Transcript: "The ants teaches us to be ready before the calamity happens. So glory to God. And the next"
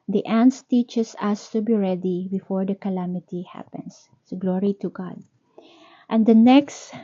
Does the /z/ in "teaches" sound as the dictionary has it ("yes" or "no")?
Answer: no